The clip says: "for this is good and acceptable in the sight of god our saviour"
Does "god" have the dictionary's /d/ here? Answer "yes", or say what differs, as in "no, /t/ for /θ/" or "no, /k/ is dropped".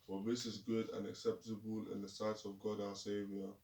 yes